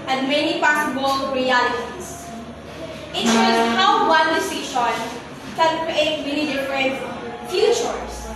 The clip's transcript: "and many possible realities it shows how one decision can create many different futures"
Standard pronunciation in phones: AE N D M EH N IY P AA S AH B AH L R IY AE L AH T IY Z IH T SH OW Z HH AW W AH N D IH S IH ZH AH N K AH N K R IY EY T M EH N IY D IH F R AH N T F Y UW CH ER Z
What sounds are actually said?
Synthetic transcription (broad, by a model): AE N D M EH N IY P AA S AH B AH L R IY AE L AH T IY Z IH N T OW HH AW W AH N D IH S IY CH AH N K AH N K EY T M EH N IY D IH F R AH N T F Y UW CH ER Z